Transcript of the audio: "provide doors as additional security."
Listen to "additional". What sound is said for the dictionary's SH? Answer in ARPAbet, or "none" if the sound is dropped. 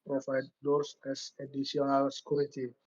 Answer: S